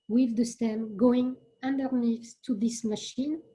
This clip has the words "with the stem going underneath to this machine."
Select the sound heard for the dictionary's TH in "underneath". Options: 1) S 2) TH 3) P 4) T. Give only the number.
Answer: 1